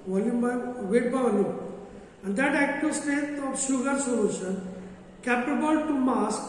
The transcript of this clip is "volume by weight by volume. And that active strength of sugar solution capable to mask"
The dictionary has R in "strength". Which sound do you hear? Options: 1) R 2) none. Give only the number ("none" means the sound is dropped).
2